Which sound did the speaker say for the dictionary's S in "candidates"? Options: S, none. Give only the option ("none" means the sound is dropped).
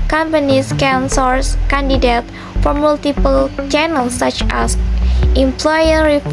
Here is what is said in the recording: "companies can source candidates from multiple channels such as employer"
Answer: none